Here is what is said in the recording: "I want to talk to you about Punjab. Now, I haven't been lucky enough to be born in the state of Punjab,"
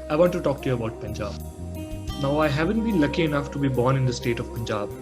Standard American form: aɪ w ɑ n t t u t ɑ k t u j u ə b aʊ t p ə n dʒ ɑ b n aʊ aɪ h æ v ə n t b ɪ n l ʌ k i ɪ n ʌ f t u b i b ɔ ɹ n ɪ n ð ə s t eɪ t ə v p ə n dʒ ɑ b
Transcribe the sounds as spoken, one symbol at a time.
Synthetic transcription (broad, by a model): aɪ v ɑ n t t u t ɑ k t u j u ə b aʊ t p ə n dʒ ɑ b n aʊ aɪ h æ v ə n t b ɪ n l ʌ k i ɪ n ʌ f t u b i b ɔ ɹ n ɪ n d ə s t eɪ t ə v p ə n dʒ ɑ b